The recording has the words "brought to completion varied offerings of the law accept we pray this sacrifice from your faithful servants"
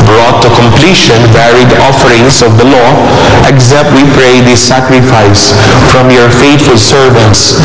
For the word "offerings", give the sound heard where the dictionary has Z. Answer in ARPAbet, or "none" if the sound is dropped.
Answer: S